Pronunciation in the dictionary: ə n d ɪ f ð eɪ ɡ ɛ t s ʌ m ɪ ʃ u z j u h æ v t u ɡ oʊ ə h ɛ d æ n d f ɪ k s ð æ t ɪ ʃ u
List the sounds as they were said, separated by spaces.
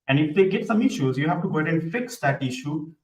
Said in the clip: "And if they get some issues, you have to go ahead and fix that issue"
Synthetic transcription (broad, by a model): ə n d ɪ f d eɪ ɡ ɛ t s ʌ m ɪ ʃ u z j u h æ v t u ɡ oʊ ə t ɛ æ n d f ɪ k s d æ t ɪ ʃ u